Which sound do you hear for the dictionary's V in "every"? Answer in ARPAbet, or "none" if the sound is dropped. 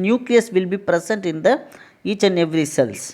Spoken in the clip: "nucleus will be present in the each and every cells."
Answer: V